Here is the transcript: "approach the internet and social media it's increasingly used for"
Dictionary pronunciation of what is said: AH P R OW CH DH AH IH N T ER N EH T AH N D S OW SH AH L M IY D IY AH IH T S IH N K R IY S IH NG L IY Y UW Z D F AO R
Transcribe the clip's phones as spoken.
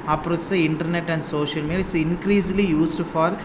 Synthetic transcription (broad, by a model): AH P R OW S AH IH N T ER N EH T AH N D S OW SH AH L M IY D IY IH T S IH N K R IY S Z L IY Y UW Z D F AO R